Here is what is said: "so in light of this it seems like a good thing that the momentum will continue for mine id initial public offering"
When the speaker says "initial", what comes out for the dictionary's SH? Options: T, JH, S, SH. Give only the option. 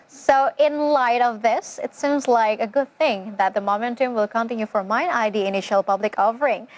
SH